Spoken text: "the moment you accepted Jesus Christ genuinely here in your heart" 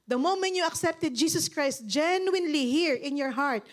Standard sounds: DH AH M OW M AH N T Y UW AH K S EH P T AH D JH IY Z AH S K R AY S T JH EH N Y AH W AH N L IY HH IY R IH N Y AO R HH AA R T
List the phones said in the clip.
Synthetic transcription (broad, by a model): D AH M OW M AH N T Y UW AH K S EH P T AH D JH IY S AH S K R AY S T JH EH N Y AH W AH N L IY HH IY R IH N Y AO R HH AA R T